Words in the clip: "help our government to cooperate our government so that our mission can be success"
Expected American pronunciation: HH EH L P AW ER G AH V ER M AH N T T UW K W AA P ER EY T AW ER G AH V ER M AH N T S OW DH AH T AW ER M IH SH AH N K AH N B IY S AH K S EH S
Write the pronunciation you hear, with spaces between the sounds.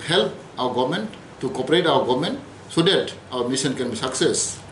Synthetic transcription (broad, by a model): HH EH L P AW ER G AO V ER M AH N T T UW K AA P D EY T AW ER G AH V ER M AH N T S OW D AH T AW ER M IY S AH N K AH N B IY S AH K S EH S